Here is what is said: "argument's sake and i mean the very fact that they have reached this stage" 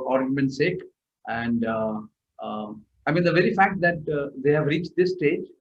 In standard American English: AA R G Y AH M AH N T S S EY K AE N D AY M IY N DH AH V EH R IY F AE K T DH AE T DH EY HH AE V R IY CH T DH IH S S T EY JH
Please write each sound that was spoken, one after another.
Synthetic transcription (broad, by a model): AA R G Y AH M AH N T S S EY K AE N D AY M IY N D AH V EH R IY F AE K T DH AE T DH EY HH AE V R IY CH T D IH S S T EY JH